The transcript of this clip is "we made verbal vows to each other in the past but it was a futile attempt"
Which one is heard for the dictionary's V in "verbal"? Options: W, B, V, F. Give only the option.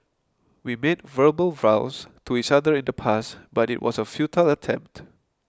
V